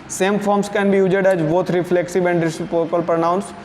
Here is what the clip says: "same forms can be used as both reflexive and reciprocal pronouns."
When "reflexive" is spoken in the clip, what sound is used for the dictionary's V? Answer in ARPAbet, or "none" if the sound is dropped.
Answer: B